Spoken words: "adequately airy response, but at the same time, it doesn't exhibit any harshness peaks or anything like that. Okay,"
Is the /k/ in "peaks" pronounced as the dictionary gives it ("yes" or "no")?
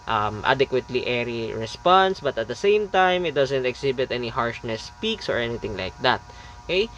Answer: yes